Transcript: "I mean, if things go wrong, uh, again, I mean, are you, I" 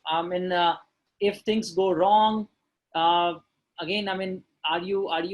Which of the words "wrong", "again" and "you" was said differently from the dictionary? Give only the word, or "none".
none